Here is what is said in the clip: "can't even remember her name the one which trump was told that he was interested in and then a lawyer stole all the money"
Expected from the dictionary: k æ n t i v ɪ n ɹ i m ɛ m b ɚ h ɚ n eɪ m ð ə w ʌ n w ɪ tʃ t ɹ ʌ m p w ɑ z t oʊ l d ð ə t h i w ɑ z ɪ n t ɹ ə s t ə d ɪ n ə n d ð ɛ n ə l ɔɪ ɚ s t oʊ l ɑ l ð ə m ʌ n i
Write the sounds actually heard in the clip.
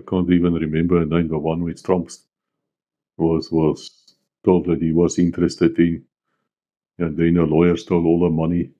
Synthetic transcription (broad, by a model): k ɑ n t i v ɪ n ɹ i m ɛ m b ɚ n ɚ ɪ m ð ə w ʌ n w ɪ s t ɹ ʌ m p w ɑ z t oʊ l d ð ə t h i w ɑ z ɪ n t ɹ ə s t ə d ɪ n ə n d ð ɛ n ə l ɔɪ ɚ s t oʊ l ɑ l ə m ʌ n i